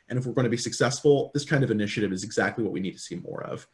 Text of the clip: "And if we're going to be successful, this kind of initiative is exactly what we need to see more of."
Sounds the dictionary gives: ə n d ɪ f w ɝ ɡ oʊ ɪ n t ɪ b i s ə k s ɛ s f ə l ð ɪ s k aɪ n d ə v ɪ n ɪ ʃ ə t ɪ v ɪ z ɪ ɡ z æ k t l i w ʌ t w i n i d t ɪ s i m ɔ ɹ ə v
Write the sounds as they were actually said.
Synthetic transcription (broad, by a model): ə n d ɪ f w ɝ ɡ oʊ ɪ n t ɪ b i s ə k s ɛ s f l ð ɪ s k aɪ n d ə v ɪ n ɪ ʃ ə t ɪ v ɪ z ɪ ɡ z æ k t l i w ʌ t w i n i d t ɪ s i m ɔ ɹ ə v